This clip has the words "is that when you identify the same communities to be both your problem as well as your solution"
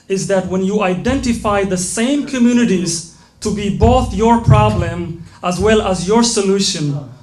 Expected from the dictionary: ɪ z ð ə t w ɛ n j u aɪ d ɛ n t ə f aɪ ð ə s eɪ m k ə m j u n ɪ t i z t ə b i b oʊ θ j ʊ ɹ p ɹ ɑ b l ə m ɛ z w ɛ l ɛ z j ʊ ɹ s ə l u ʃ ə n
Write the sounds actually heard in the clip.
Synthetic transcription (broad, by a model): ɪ z ð ə t w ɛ n j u aɪ d ɛ n t ə f aɪ ð ə s eɪ m k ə m j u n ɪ t i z t ə b i b oʊ θ j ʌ ɹ p ɹ ɑ b l ə m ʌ z w ɛ l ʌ z j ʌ ɹ s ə l u ʃ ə n